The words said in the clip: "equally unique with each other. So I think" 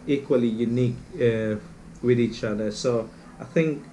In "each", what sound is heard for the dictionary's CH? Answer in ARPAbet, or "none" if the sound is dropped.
CH